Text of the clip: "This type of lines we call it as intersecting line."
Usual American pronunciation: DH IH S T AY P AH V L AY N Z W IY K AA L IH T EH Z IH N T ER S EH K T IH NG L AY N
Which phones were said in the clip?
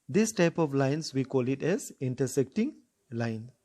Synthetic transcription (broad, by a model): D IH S T AY P AH V L AY N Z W IY K AA L IH T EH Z IH N T ER S EH K T IH NG L AY N